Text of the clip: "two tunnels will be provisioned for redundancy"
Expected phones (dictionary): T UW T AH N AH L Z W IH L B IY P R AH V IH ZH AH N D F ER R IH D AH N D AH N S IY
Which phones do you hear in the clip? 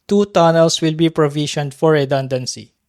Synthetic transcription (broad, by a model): T UW T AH N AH L S W IH L B IY P R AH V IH SH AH N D F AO R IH D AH N D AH N S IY